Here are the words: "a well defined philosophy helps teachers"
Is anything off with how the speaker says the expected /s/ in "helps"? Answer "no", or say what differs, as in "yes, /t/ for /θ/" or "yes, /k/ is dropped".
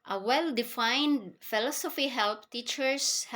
yes, /s/ is dropped